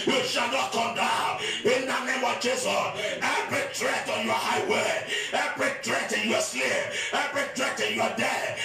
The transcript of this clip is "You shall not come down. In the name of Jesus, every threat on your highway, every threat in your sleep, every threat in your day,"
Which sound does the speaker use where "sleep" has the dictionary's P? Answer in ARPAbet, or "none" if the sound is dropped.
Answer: none